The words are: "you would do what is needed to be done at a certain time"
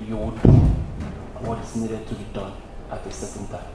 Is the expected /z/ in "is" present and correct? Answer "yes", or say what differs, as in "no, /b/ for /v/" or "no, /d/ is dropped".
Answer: no, /s/ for /z/